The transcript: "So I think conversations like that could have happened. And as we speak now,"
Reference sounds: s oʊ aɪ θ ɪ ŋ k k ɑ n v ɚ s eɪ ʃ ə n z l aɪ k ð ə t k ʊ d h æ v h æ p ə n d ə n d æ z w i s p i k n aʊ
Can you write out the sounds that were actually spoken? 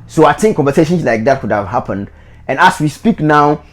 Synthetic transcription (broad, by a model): s oʊ aɪ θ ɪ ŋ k k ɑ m v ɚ s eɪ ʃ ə n s l aɪ k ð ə t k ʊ d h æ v h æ p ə n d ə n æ s w i s p i k n aʊ